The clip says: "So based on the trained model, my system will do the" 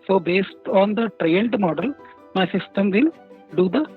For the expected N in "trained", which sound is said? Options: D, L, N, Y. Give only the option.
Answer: L